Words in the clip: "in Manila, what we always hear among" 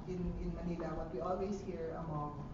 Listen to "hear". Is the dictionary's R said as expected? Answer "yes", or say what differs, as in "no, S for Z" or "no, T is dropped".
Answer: yes